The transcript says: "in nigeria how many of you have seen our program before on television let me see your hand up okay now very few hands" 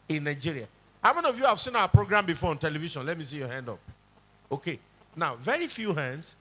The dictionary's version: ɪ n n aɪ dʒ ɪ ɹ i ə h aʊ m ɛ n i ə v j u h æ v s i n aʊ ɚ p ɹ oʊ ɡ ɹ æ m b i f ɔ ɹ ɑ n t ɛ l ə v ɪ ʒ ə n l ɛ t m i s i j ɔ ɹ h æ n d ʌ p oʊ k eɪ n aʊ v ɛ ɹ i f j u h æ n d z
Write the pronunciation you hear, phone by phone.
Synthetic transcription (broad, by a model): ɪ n n aɪ dʒ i ɹ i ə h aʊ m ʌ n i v j u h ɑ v s i n aʊ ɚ p ɹ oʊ ɡ ɹ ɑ m b i f ɔ ɹ ɑ n t ɛ l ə v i ʃ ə n l ɛ t m i s i j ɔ h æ n d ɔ p oʊ k eɪ n aʊ v ɛ ɹ i f j u h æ n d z